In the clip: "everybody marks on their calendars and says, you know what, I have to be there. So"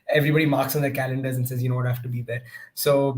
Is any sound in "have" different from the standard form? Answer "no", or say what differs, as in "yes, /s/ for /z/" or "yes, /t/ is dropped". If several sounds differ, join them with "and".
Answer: yes, /f/ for /v/